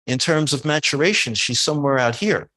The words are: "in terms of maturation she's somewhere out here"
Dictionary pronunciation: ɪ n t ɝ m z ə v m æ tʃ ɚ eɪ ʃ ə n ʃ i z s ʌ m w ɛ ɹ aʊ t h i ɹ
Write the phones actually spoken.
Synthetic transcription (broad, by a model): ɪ n t ɝ m z ə v m æ tʃ ɚ eɪ ʃ ə n ʃ i z s ʌ m w ɛ ɹ aʊ t h i ɹ